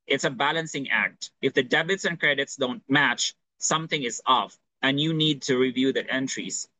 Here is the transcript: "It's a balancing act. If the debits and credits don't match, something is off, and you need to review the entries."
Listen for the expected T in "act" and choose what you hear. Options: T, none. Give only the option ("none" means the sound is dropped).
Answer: T